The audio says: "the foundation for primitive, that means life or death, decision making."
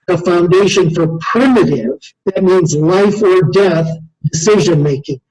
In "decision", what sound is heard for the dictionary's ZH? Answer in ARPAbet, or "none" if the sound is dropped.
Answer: ZH